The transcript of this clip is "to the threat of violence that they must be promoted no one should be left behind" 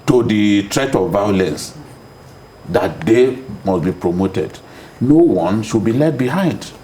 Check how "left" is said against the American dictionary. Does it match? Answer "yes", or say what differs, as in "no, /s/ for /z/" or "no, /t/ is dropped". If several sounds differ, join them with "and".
no, /f/ is dropped